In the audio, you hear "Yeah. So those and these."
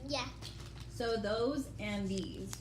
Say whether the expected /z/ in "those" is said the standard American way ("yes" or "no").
yes